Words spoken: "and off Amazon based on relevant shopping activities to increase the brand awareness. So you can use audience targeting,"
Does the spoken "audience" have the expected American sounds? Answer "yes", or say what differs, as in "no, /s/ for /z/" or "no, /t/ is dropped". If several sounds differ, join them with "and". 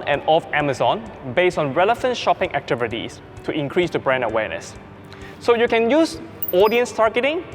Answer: yes